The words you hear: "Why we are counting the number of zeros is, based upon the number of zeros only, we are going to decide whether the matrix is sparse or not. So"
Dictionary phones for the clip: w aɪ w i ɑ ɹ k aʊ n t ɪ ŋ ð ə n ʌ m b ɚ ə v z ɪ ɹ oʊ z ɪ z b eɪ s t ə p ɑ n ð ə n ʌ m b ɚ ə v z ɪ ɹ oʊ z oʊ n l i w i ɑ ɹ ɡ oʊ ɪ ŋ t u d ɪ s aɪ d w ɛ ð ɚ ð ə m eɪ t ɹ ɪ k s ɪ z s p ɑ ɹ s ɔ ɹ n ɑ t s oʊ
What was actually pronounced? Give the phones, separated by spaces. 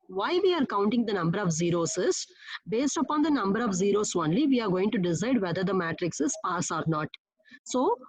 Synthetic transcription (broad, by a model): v aɪ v i ɑ ɹ k aʊ n t ɪ ŋ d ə n ʌ m b ɚ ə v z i ɹ oʊ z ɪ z b eɪ s t ə p ɑ n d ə n ʌ m b ɚ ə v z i ɹ oʊ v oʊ n l i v i ɑ ɹ ɡ oʊ ɪ ŋ t u d ɪ s aɪ d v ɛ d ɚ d ə m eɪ t ɹ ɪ k s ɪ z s p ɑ s ɔ ɹ n ɑ t s oʊ